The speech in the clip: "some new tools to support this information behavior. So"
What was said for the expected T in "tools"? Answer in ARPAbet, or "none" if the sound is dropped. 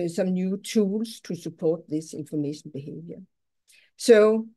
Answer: S